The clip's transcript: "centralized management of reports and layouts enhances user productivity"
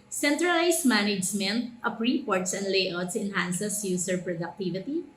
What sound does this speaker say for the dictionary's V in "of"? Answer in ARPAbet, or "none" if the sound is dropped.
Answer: P